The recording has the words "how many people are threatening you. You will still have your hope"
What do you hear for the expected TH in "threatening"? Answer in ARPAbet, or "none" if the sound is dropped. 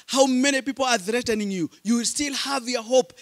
TH